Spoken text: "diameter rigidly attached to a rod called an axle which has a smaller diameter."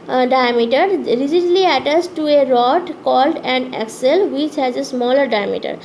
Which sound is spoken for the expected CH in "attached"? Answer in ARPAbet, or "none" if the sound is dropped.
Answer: S